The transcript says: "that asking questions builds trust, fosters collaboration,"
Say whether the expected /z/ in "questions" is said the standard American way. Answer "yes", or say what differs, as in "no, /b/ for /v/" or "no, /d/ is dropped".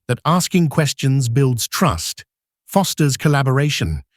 yes